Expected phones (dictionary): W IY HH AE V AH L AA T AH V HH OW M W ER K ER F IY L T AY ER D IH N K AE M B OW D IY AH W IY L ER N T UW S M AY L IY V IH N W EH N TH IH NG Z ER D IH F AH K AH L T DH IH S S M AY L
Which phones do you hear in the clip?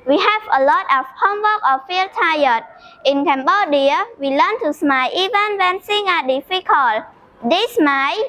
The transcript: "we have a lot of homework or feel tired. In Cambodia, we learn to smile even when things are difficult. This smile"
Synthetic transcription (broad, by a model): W IY HH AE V AH L AA T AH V HH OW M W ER K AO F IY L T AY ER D IH N K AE M B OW D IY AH W IY L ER N T UW S M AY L IY V IH N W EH N S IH NG ER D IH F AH K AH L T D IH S S M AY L